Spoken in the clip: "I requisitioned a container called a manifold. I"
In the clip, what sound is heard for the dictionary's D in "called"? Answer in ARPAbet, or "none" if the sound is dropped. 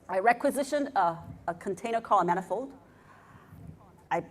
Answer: none